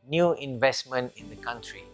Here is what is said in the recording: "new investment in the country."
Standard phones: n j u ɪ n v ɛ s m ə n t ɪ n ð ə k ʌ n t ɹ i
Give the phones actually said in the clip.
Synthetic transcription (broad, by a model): n j u ɪ n v ɛ s m ə n t ɪ n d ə k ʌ n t ɹ i